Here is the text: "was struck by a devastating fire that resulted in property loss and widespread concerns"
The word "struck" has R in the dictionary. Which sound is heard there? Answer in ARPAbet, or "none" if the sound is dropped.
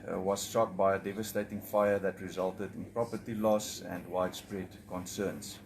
none